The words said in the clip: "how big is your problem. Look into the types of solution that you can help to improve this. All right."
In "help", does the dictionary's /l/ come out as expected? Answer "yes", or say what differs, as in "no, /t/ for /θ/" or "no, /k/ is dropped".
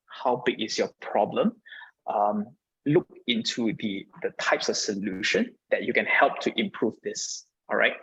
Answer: yes